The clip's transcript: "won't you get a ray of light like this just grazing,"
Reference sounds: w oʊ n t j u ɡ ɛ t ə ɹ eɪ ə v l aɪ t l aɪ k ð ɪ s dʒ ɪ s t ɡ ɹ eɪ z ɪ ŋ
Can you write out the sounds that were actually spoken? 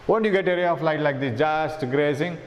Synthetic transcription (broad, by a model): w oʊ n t j u ɡ ɛ t ə ɹ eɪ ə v l aɪ t l aɪ k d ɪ dʒ ɪ s t ɡ ɹ eɪ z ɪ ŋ